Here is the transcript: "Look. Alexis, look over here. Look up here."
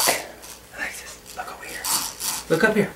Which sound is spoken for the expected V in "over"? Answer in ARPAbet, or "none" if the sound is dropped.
W